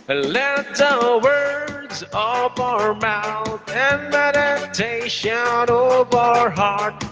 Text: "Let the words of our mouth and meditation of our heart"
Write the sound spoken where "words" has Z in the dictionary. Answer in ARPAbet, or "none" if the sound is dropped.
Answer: Z